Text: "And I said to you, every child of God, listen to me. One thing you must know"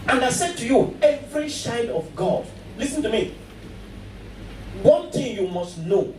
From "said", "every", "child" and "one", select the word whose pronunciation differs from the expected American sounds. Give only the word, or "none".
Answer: child